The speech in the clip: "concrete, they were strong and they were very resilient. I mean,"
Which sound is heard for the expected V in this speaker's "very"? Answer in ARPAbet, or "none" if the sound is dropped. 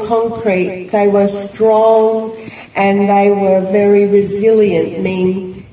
V